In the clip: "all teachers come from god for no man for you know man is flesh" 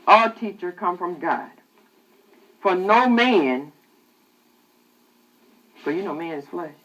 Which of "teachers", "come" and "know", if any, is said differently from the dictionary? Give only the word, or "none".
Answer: teachers